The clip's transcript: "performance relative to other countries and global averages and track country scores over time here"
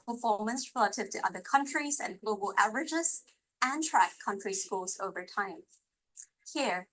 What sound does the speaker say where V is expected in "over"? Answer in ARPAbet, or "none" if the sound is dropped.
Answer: V